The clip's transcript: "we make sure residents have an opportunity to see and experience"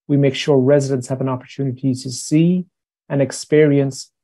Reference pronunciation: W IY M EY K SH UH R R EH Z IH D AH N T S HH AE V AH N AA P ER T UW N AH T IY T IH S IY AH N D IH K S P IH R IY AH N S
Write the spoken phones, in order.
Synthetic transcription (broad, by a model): W IY M EY K SH UH R R EH Z IH D AH N T S HH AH V AH N AA P ER T UW N AH T IY T IH S IY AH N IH K S P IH R IY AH N S